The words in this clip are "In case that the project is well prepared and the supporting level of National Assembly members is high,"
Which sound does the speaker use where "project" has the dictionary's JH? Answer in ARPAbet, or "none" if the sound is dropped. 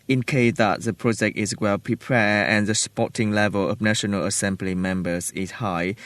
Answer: JH